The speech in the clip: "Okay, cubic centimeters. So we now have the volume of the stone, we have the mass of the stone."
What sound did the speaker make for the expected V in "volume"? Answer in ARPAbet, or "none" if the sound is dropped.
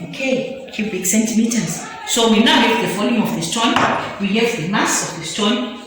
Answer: F